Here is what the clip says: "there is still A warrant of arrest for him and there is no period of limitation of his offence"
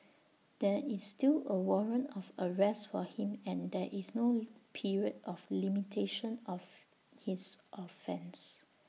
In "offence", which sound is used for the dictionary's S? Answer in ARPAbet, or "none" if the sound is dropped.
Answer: S